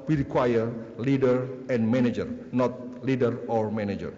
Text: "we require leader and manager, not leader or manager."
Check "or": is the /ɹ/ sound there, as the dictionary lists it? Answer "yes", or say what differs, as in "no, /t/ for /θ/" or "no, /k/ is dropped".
yes